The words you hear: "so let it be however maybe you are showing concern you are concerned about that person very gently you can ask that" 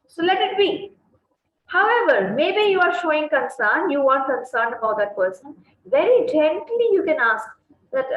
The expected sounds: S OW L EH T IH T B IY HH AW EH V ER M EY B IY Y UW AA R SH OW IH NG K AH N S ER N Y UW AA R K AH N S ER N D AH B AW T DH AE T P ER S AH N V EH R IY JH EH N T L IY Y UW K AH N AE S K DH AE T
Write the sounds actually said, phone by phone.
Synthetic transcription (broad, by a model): S OW L EH T IH T B IY HH AW EH V ER M EY B IY Y UW AA R SH OW IH NG K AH N S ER N Y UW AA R K AH N S ER N D AH B AW T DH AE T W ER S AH N V EH R IY JH EH N T L IY Y UW K AH N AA S K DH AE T